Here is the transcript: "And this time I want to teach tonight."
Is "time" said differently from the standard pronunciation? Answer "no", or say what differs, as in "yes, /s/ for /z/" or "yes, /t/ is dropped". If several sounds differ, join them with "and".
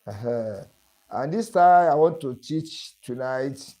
yes, /m/ is dropped